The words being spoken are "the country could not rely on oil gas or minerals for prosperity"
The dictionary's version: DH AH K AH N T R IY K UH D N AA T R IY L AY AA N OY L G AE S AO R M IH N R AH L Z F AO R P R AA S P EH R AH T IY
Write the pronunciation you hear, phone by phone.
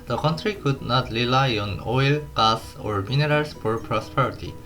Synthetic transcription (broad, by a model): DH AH K AH N T R IY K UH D N AA T R IY L AY AA N OY L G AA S AO R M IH N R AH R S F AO R P R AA S P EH R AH T IY